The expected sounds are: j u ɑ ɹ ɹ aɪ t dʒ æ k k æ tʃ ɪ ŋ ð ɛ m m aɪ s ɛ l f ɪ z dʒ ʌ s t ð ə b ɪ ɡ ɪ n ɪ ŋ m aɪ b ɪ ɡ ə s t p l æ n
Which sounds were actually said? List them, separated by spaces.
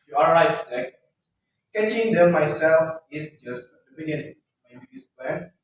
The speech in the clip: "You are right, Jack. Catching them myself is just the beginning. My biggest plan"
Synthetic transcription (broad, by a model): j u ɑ l ɹ aɪ t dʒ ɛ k k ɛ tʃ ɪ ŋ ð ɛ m m aɪ s ɛ l f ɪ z dʒ ʌ s t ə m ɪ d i ɪ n m aɪ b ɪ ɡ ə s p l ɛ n